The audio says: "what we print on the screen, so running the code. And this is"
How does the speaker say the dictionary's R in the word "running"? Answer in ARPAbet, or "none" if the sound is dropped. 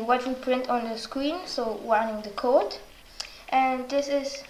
W